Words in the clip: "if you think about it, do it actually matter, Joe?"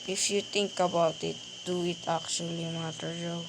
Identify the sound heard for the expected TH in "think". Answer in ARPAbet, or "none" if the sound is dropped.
T